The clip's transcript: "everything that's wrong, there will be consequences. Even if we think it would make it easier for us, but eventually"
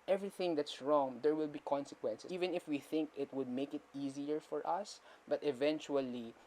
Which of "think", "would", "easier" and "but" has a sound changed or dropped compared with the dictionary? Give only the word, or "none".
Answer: none